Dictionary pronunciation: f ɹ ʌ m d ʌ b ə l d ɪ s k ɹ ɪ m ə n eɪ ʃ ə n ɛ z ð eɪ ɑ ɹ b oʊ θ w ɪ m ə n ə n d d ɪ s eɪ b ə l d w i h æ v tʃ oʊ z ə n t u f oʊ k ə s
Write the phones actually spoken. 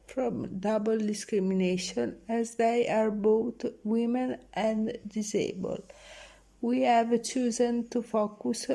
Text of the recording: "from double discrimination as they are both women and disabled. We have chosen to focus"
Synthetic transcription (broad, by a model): f ɹ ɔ m d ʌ b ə l d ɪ s k ɹ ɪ m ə n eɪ ʃ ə n ɛ z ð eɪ ɑ ɹ b oʊ t w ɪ m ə n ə n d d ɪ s eɪ b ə l w i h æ v tʃ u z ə n t u f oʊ k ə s